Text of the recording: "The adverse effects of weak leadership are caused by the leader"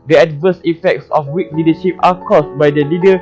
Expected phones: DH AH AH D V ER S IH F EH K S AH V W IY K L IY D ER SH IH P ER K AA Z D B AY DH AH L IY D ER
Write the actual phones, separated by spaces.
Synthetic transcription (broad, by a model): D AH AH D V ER S IH F EH K S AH F W IY K L IY D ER SH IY P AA K AA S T B AY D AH L IY D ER